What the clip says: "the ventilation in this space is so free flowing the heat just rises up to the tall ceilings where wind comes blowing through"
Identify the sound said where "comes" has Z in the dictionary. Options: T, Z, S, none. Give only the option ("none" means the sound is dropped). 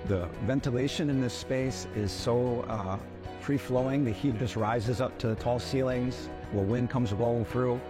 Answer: Z